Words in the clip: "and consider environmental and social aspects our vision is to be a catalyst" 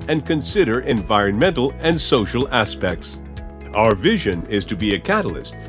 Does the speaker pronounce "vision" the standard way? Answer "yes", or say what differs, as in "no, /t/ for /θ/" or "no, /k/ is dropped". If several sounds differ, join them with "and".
yes